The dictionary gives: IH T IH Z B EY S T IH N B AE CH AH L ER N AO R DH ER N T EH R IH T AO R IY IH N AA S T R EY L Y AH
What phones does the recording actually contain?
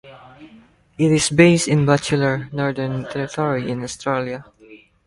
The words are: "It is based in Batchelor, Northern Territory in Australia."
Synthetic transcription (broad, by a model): IH T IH S B EY S T IH N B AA CH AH L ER N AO R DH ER N T EH R IH T AO R IY IH N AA S T R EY L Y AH